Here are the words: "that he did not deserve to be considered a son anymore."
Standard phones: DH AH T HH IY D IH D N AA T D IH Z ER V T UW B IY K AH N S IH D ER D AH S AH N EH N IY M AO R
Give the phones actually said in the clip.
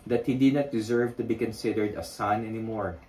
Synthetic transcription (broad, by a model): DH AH T HH IY D IH D N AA T D IH Z ER V T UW B IY K AH N S IH D ER D AH S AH N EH N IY M AO R